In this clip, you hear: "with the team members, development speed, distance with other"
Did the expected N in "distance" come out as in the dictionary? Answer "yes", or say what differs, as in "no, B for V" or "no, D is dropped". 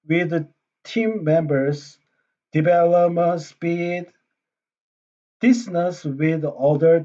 no, N is dropped